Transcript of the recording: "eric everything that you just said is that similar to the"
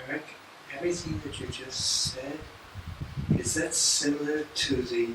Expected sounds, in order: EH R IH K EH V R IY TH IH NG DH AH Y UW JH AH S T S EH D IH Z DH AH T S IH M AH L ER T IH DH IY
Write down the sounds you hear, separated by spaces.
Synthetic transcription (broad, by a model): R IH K EH V R IY TH IH NG DH AH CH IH JH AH S T S EH D IH Z DH AH T S IH M L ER T IH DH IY